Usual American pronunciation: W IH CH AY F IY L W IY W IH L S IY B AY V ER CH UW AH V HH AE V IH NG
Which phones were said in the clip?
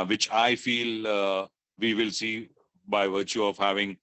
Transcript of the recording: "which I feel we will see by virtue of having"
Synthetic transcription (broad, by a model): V IH CH AY F IY L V IY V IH L S IY B AY V ER CH UW AH V HH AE V IH NG